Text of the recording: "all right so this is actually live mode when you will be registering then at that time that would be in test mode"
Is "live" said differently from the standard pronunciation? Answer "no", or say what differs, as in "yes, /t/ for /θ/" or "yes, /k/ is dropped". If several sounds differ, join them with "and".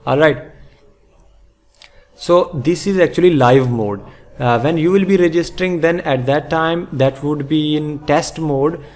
no